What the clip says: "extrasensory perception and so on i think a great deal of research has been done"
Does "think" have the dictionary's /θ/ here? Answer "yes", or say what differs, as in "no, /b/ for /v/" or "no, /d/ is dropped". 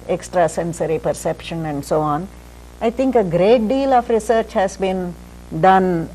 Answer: no, /t/ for /θ/